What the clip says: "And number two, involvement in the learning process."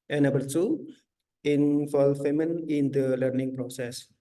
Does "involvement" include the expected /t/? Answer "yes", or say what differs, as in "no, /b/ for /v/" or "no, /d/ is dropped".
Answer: no, /t/ is dropped